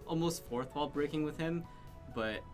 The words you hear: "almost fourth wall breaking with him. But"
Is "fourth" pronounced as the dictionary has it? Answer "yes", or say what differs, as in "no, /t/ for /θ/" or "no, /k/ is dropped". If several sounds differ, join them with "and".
yes